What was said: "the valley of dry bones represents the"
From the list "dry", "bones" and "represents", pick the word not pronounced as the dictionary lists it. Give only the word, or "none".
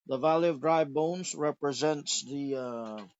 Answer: none